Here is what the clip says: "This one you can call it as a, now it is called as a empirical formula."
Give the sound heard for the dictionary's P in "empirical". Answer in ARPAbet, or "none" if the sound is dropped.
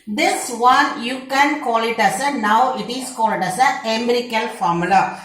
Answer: none